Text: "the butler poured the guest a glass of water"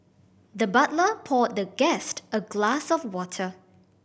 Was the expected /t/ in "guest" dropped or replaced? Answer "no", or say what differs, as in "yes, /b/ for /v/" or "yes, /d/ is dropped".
no